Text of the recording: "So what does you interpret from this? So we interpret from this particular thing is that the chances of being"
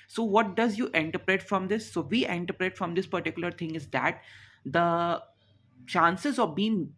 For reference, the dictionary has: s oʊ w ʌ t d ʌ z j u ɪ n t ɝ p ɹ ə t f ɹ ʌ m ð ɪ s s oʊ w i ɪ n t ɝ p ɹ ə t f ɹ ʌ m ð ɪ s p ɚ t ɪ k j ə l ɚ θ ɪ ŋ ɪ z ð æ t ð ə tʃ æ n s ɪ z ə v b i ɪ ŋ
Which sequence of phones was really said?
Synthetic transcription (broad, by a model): s oʊ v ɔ t d ʌ z j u ɪ n t ɝ p ɹ ə t f ɹ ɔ m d ɪ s s oʊ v i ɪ n t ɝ p ɹ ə t f ɹ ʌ m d ɪ s p ɚ t ɪ k j ə l ɚ t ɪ ŋ ɪ z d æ t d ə tʃ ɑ n s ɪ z ə v b i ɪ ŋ